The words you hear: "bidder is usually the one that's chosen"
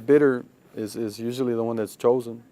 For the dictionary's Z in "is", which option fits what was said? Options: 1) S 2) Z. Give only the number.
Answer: 2